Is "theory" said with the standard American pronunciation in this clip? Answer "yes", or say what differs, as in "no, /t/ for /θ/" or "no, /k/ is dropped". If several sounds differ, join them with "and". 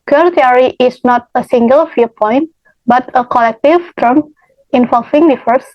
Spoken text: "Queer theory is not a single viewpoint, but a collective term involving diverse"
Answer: no, /t/ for /θ/